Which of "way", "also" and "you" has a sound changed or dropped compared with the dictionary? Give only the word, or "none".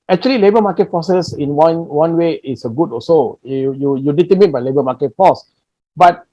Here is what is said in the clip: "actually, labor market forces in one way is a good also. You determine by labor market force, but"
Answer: also